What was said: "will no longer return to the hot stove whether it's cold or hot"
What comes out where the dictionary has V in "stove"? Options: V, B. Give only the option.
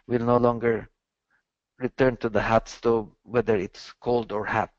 B